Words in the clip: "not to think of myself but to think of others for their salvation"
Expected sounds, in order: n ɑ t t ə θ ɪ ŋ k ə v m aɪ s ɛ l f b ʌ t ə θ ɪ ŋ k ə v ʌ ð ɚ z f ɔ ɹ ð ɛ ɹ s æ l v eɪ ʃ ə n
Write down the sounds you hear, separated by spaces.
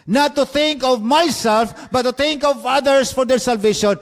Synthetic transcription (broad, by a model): n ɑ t t ə θ ɪ ŋ k ə v m aɪ s ɛ l f b ʌ t ə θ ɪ ŋ k ə v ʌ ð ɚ s f ɔ ɹ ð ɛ ɹ s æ l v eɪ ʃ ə n